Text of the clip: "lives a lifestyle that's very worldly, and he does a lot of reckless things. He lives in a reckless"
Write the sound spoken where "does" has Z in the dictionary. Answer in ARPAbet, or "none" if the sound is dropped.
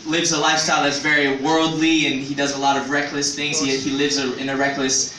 Z